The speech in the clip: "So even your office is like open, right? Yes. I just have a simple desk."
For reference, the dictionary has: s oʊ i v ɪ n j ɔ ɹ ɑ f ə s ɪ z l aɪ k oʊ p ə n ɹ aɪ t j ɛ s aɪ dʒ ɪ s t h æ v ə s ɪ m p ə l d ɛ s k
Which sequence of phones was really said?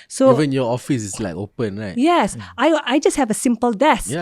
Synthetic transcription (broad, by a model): s oʊ i v ɪ n j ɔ ɑ f ə s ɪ s l aɪ k oʊ p ə n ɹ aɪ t j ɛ s aɪ dʒ ɪ s t h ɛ v ə s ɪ m p ə l d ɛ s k